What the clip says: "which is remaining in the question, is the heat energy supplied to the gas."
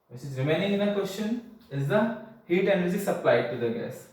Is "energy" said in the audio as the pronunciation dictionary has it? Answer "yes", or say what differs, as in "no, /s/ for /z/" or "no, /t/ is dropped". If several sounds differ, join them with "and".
no, /z/ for /dʒ/